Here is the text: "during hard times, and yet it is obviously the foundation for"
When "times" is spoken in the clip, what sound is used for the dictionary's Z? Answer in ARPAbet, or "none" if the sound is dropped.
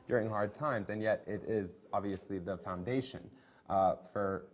Z